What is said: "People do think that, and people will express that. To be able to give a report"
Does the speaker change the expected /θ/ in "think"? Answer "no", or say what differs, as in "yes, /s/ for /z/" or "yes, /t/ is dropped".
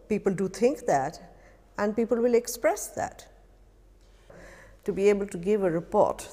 yes, /t/ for /θ/